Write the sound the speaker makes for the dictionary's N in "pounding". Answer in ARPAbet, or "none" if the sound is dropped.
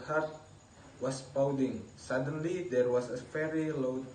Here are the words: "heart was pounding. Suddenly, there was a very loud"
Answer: none